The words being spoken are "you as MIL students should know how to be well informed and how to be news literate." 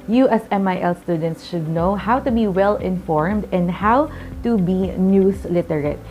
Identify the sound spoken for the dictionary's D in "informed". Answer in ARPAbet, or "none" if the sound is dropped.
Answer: D